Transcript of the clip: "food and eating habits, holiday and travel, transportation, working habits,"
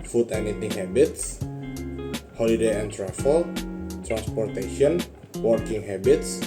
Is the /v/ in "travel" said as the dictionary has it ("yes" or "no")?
no